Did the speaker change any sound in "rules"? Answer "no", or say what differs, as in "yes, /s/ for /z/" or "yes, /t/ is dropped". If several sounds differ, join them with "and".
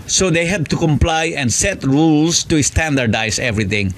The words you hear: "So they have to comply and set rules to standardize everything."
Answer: yes, /s/ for /z/